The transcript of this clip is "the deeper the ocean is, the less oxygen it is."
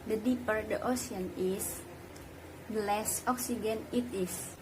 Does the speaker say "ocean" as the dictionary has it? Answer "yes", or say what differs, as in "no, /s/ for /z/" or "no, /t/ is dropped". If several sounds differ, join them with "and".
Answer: no, /s/ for /ʃ/